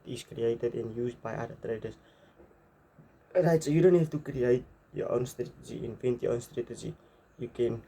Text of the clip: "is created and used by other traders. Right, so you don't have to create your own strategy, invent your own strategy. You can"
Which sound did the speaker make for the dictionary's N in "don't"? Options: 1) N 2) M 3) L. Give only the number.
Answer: 1